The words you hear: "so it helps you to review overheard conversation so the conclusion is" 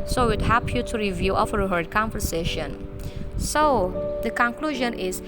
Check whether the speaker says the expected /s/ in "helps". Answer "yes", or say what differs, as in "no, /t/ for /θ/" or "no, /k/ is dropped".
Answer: no, /s/ is dropped